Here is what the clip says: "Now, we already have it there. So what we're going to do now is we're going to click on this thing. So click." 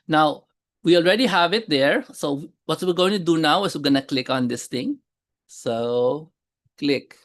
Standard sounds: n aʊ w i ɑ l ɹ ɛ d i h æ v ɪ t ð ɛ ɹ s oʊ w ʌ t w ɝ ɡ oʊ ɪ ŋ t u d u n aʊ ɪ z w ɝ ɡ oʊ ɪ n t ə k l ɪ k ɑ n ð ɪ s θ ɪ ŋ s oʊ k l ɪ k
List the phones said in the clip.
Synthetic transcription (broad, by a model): n aʊ w i ɑ l ɹ ɛ d i h æ v ɪ t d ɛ ɹ s oʊ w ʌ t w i ɡ oʊ ɪ ŋ t u d u n aʊ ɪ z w ɡ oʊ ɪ n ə k l ɪ k ɑ n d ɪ s t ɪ ŋ s oʊ k l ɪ k